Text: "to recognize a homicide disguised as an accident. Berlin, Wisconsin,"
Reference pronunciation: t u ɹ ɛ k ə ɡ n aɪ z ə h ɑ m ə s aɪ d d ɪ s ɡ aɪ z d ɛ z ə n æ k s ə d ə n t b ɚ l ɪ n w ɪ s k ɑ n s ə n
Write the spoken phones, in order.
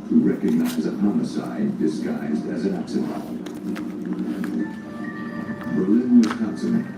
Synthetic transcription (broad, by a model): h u ɹ ɛ k ə ɡ n aɪ z ə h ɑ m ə s aɪ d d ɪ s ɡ aɪ z d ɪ z ə n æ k s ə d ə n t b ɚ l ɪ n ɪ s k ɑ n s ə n